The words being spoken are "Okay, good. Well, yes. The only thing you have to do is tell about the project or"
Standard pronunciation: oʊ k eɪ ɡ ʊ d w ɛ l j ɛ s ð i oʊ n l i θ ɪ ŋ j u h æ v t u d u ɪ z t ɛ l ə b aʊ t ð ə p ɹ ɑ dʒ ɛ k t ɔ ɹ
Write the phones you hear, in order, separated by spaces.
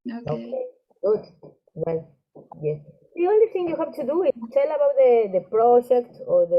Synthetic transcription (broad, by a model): oʊ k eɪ ɡ ʊ d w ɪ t j ɛ s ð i oʊ n l i θ ɪ ŋ j u h æ v t u d u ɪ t t ɛ l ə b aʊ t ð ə p ɹ ɑ dʒ ɛ k t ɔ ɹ